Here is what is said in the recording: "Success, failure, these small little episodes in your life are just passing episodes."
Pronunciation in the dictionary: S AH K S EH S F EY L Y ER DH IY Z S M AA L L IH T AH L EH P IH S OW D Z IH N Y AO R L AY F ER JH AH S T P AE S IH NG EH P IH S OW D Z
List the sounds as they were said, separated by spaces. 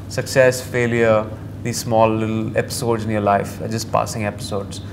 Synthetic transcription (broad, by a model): S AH K S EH S F EY L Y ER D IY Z S M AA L L IH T L EH P IH S OW D Z IH N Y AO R L AY F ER JH AH S T P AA S IH NG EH P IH S OW D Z